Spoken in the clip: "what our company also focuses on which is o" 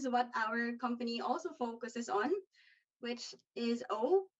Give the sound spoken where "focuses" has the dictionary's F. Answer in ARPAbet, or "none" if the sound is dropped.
F